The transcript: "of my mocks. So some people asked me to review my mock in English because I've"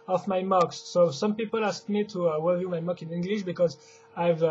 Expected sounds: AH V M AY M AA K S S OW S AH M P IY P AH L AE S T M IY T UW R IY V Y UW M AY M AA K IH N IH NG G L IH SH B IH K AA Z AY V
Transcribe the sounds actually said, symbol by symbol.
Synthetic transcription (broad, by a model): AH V M AY M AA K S S OW S AH M P IY P AH L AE S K M IY T UW W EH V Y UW M AY M AA K IH N IH NG G L IH SH B IH K AA Z AY V